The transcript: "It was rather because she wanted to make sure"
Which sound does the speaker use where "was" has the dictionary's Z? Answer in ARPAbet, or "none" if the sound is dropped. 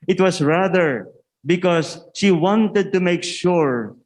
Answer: S